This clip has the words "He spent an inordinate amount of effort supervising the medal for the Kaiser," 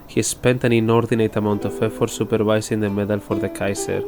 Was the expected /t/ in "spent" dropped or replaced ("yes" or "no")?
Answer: no